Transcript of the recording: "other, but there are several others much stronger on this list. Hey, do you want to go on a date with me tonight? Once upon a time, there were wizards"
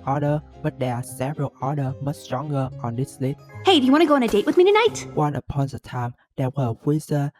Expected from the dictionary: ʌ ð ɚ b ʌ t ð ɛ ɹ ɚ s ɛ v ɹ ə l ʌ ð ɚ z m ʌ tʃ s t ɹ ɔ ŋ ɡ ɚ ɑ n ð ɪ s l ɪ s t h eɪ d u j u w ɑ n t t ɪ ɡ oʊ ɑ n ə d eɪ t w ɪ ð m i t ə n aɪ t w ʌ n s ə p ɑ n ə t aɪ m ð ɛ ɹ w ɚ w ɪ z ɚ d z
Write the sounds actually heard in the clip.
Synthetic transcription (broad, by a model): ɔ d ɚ b ʌ t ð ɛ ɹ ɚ s ɛ v ɹ ə l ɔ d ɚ m ʌ tʃ s t ɹ ɔ ŋ ɡ ɚ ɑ n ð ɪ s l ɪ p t h eɪ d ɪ j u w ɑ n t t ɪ ɡ oʊ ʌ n ə d eɪ t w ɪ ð m i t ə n aɪ t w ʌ n ə p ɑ n ə t aɪ m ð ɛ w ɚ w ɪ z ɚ